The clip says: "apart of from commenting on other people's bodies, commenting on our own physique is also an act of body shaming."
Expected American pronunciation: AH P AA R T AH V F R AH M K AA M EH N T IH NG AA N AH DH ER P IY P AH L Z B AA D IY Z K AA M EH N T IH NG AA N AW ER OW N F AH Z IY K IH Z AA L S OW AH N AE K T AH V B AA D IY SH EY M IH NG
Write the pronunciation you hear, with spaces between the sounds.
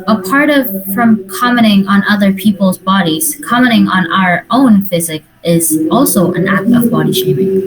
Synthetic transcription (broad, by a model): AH P AA R T AH V F R AH M K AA M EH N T IH NG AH N AH DH ER P IY P L Z B AA D IY Z K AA M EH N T IH NG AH N AW ER OW N F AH Z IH K IH Z AA L S OW AH N AE K T AH V B AA D IY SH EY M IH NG